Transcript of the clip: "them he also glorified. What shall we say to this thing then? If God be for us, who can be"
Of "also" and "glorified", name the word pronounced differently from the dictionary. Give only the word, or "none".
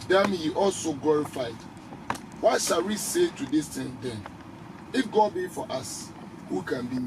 none